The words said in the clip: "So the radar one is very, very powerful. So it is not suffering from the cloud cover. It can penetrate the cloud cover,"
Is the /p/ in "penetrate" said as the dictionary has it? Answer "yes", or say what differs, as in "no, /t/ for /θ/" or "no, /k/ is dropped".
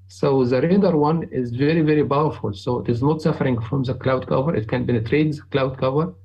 no, /b/ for /p/